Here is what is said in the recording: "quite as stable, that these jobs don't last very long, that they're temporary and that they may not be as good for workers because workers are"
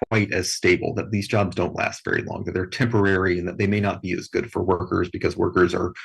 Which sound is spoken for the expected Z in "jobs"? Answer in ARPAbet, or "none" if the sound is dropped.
Z